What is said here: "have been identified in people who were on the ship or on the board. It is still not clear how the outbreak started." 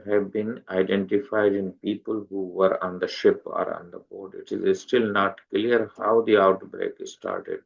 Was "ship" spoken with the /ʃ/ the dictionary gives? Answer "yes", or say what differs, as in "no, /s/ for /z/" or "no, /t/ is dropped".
yes